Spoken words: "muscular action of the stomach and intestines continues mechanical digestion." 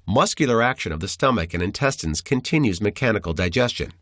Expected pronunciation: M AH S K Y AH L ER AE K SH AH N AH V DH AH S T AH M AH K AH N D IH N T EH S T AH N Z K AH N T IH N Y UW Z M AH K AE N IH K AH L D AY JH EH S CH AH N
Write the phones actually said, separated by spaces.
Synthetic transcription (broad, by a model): M AH S K Y L ER AE K SH AH N AH V DH AH S T AH M AH K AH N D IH N T EH S T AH N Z K AH N T IH N Y UW Z M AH K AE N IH K L D AY JH EH S CH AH N